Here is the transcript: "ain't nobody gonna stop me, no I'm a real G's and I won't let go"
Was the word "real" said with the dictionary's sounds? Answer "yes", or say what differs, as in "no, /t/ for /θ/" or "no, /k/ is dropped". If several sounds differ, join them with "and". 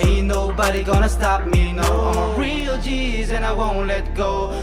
yes